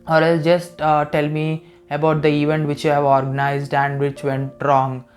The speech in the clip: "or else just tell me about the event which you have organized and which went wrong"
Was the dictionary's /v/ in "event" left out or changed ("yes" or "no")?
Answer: no